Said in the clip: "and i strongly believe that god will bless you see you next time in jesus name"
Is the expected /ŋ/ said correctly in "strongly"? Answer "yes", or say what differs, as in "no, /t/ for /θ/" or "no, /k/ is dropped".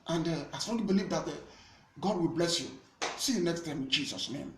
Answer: no, /ŋ/ is dropped